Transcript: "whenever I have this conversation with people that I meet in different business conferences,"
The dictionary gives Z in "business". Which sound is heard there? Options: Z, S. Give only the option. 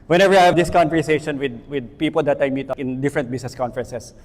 S